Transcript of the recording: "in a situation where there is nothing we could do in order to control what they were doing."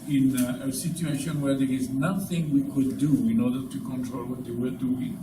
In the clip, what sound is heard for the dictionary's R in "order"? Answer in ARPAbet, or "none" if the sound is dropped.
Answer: R